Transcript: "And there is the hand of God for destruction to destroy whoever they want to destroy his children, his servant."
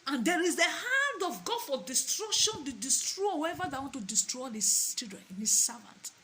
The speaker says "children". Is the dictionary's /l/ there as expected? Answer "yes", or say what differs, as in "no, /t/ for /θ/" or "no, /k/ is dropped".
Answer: no, /l/ is dropped